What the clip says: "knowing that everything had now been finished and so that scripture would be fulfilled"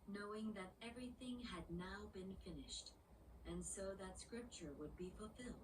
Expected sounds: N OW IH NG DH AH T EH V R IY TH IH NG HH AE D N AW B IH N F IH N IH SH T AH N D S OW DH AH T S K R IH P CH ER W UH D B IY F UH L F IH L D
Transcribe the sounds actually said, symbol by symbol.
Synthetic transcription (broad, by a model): N OW IH NG DH AH T EH V R IY TH IH NG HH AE D N AW B IH N F IH N IH SH T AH N S OW DH AH T S K R IH P CH ER W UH D B IY F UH L F IH L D